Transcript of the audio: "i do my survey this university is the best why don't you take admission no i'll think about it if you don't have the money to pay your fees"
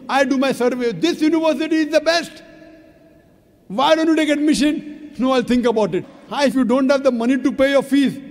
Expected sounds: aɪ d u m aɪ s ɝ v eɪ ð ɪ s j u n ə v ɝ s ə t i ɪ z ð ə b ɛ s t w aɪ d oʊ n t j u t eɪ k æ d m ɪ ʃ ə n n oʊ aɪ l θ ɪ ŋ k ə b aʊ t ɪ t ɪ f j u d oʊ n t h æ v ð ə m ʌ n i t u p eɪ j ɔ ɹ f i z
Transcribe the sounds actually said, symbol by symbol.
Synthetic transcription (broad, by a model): aɪ d u m aɪ s ɝ v eɪ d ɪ s j u n ə v ɝ s ə t i ɪ z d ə b ɛ s t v aɪ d oʊ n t j u t eɪ k æ d m ɪ ʃ ə n n oʊ aɪ l t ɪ ŋ k ə b aʊ t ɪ t ɪ f j u d oʊ n t h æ v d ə m ʌ n i t u p eɪ j ɔ ɹ f i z